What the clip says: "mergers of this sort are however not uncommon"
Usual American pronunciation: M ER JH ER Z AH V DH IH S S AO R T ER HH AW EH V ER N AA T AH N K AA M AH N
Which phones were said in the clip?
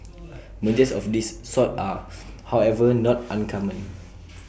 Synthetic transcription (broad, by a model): M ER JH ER S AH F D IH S S AO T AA HH AW EH V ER N AA T AH N K AA M AH N